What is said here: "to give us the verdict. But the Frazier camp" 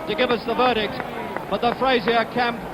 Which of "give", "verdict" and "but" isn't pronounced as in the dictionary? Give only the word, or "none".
none